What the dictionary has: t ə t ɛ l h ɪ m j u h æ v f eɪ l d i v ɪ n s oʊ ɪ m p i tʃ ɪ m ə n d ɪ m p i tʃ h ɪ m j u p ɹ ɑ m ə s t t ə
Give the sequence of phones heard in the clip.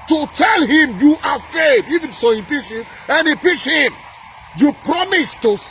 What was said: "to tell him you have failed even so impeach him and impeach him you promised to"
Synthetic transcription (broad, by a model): t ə t ɛ l h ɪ m j u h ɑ f eɪ d i v ɪ n s oʊ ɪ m p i ʃ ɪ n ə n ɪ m p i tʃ h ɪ m j u p ɹ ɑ m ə s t t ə